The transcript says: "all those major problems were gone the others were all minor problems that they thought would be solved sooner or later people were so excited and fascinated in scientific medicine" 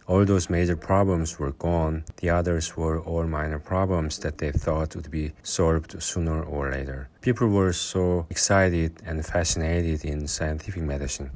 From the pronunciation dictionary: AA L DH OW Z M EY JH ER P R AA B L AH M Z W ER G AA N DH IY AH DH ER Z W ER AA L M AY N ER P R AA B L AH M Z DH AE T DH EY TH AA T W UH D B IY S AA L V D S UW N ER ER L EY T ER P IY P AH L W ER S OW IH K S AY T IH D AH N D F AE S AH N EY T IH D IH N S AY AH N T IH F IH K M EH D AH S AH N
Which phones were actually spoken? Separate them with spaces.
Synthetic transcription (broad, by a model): AA L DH OW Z M EY JH ER P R AA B L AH M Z W ER G AA N DH IY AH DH ER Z W ER AA L M AY N ER P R AA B L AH M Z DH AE T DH EY TH AA T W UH D B IY S AA L V D S UW N ER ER L EY T ER P IY P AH L W ER S OW IH K S AY T IH D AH N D F AE S AH N EY T IH D IH N S AY AH N T IH F IH K M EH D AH S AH N